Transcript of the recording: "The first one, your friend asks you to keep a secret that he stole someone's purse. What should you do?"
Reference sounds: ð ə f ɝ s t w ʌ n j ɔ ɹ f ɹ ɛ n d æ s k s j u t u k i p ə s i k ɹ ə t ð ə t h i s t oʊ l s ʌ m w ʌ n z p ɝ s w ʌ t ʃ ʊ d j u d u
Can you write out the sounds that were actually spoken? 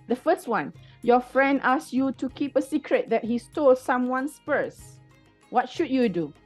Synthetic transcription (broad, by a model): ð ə f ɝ s t w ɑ n j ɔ f ɹ ɛ n d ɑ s s j u t u k i p ə s i k ɹ ə t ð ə t h i s t oʊ l s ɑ m w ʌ n s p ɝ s w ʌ t ʃ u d j u d u